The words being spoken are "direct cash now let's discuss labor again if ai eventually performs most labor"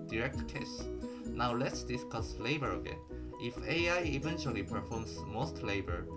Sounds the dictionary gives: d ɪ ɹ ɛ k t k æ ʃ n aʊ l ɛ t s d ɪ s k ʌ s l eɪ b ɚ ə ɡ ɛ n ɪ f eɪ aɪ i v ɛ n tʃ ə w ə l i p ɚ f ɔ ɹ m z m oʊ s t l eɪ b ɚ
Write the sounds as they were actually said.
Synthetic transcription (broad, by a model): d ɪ ɹ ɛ k t k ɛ s n aʊ l ɛ t s d ɪ s k ʌ s l eɪ b ɚ ə ɡ ɛ n ɪ f eɪ aɪ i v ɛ n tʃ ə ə l i p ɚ f ɔ ɹ m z m oʊ s t l eɪ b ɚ